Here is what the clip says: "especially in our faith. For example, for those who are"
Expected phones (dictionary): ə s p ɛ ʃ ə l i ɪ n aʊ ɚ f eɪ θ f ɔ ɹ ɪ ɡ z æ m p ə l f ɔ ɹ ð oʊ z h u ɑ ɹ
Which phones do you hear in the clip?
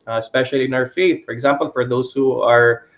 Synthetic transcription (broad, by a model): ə s p ɛ ʃ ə l i ɪ n aʊ ɚ f eɪ θ f ɔ ɹ ɪ ɡ z æ m p ə l f ɔ ɹ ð oʊ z h u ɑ ɹ